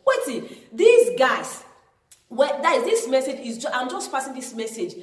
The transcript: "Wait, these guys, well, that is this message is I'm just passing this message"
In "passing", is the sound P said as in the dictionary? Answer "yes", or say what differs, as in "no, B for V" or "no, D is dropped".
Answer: no, F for P